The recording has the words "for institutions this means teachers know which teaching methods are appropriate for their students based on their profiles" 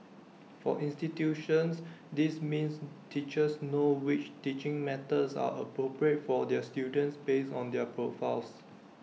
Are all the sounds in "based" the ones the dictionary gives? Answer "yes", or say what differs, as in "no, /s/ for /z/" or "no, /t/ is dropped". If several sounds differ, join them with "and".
no, /t/ is dropped